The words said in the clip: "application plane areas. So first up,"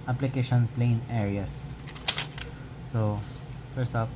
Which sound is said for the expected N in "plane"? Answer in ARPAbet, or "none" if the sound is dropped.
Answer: N